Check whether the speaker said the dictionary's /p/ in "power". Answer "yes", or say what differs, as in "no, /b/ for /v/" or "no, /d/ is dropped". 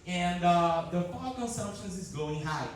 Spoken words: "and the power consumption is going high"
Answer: no, /f/ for /p/